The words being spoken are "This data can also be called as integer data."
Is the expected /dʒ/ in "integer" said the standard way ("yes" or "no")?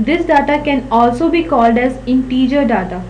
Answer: yes